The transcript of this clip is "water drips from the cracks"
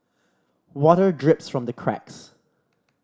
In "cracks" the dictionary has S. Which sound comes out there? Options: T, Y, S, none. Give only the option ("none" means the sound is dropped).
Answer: S